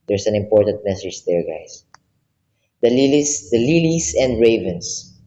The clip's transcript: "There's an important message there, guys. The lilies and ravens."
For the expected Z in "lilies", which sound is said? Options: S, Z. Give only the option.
S